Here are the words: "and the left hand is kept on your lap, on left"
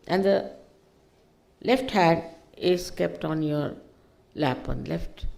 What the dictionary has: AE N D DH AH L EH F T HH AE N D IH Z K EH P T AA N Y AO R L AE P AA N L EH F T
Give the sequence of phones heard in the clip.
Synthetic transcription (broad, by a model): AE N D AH L EH F T HH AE D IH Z K EH P T AA N Y AO R L AE P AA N L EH F T